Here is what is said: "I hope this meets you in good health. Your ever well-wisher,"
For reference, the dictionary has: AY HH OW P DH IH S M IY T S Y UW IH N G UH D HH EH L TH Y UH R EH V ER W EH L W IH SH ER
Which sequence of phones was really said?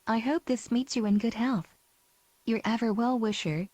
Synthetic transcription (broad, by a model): AY HH OW P DH IH S M IY T S Y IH IH N G UH D HH EH L TH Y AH R EH V ER W EH L W IH SH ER